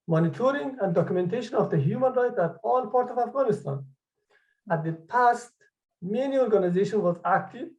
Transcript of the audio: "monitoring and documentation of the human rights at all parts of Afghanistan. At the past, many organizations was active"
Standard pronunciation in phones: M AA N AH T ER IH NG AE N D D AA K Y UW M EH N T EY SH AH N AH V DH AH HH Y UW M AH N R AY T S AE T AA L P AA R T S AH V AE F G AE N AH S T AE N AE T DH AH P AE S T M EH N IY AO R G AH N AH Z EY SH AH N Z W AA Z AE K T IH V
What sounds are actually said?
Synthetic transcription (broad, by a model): M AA N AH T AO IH NG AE N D D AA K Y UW M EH N T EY SH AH N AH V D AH HH Y UW M AH N R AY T AE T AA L P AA R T AH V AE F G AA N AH S T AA N AE T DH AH P AE S T M EH N IY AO R G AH N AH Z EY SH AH N W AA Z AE K T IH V